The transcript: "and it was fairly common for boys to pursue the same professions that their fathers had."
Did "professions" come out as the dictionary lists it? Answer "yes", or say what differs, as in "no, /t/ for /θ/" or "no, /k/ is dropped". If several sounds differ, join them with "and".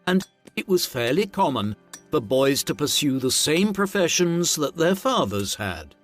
yes